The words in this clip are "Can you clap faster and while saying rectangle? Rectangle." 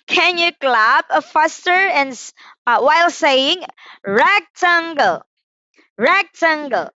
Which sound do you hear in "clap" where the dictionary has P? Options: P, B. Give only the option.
B